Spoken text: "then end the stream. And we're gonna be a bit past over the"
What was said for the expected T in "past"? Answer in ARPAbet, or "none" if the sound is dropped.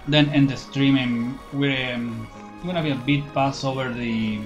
none